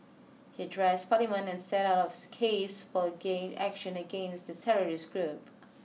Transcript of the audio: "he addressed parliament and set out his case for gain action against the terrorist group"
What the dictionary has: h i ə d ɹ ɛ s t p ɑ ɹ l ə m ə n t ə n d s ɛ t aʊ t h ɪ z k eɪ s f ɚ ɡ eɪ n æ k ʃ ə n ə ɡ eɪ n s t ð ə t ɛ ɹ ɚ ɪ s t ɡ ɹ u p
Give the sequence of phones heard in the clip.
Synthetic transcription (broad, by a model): h i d ɹ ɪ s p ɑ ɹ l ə m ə n ə n s ɛ t aʊ t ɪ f k eɪ s f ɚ ɡ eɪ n æ k ʃ ə n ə ɡ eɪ n s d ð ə t ɛ ɹ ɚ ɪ s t ɡ ɹ u p